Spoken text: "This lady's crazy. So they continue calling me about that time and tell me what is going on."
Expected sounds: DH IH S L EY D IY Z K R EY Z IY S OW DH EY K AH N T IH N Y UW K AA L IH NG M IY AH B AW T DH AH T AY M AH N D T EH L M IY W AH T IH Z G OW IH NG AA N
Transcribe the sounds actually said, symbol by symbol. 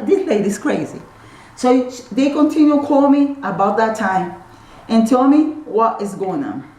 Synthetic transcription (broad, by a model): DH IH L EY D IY S K R EY Z IY S OW DH EY K AH N T IH N Y UW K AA L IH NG M IY AH B AW T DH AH T AY M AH N T EH L M IY W AH T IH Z G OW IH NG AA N